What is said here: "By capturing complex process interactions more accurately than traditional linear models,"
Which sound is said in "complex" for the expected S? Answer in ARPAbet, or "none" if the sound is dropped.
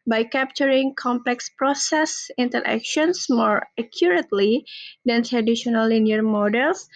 S